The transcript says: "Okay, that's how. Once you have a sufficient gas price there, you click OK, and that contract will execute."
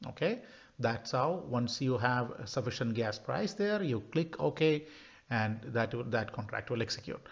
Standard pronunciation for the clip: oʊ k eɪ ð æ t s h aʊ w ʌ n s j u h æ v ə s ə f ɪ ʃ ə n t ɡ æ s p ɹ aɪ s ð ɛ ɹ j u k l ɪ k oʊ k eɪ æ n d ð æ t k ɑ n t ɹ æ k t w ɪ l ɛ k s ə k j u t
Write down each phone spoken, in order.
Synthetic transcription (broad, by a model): oʊ k eɪ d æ t s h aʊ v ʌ n s j u h æ v s ə f ɪ ʃ ə n t ɡ æ s p ɹ aɪ s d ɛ ɹ j u k l ɪ k oʊ k eɪ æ n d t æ t k ɑ n t ɹ æ k t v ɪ l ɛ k s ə k j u t